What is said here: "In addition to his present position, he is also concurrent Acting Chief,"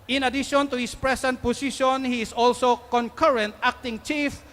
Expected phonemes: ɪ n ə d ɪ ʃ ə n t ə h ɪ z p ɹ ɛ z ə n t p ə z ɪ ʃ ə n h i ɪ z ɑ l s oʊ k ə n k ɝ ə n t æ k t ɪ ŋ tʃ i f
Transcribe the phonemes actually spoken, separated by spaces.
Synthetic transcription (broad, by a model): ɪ n ə d ɪ ʃ ə n t ə h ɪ s p ɹ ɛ s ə n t p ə s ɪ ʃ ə n h i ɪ s ɑ l s oʊ k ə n k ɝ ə n t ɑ k t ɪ ŋ tʃ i f